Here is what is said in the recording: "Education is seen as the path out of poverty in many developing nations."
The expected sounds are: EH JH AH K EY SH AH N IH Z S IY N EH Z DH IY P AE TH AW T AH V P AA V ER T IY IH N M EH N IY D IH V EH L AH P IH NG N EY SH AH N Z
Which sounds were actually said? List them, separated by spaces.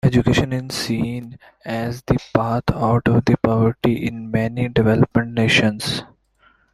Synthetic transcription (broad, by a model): EH JH AH K EY SH AH N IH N S IY N EH Z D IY P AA T AW T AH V P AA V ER T IY IH N M EH N IY D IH V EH L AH P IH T N EY SH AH N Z